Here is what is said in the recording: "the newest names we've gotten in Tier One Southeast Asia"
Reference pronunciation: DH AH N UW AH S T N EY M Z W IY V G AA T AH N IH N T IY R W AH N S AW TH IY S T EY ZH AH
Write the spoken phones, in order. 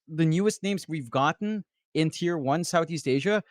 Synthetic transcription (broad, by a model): DH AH N UW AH S T N EY M Z W IY V G AA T N IH N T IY R W AH N S AW TH IY S T EY ZH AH